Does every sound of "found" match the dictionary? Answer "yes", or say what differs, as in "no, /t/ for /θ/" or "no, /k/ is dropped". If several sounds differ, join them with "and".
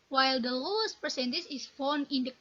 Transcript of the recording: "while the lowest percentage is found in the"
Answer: no, /d/ is dropped